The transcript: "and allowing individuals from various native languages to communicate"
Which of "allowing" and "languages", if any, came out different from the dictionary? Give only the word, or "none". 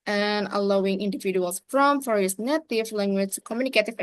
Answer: languages